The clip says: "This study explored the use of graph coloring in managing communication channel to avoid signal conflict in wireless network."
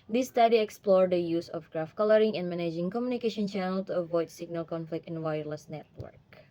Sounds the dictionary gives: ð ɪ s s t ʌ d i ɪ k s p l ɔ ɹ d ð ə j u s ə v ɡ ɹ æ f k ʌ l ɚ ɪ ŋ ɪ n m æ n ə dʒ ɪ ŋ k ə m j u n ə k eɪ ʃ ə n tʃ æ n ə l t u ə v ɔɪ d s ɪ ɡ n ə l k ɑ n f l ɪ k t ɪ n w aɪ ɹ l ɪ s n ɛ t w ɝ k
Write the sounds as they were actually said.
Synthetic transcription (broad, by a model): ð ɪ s s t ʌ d i ɪ k s p l ɔ ɹ d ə j u s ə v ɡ ɹ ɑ f k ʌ l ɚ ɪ ŋ ɪ n m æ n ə dʒ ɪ ŋ k ə m j u n ə k eɪ ʃ ə n tʃ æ n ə l t u ə v ɔɪ d s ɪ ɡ n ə l k ɑ n f l ɪ k t ɪ n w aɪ ɹ l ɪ s n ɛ t w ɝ k